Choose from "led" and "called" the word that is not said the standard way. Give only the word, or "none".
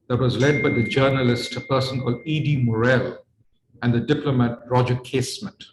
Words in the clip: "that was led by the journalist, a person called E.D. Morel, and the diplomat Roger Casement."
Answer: none